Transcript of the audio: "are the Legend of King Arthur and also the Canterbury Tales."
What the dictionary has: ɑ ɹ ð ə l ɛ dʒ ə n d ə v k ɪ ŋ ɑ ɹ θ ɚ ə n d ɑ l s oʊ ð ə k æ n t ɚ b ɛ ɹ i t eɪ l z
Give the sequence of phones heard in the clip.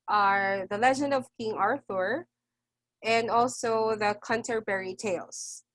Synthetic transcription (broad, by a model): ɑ ɹ ð ə l ɛ dʒ ə n d ə v k ɪ ŋ ɑ ɹ θ ɚ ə n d ɑ l s oʊ ð ə k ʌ n t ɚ b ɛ ɹ i t eɪ l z